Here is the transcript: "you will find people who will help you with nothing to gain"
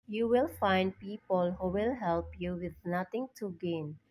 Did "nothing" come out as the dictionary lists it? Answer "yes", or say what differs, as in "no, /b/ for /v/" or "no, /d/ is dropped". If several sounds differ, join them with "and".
no, /t/ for /θ/